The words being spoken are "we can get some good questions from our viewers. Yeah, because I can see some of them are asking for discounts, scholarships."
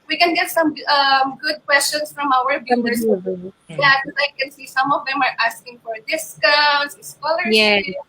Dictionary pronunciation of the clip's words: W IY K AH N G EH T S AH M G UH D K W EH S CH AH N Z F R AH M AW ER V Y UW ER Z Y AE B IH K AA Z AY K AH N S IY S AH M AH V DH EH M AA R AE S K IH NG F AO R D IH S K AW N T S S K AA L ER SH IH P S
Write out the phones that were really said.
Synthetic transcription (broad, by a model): W IY K AH N G EH T S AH M G UH D K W EH S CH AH N S F R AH M AW ER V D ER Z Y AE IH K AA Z AY K AH N S IY S AH M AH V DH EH M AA R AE S K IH NG F AO R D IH S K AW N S S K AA L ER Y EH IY